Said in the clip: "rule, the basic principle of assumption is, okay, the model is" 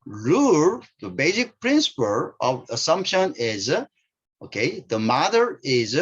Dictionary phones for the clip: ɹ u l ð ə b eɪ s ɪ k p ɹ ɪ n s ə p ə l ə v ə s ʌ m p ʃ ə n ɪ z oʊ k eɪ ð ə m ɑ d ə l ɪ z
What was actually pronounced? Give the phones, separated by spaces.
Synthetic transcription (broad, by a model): ɹ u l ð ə b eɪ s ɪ k p ɹ ɪ n s ə p ə l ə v ə s ʌ m p ʃ ə n ɪ z oʊ k eɪ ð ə m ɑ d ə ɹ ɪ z